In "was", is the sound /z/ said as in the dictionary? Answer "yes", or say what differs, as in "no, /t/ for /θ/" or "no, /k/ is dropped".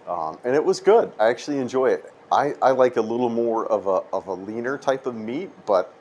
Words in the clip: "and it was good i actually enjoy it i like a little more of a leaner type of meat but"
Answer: yes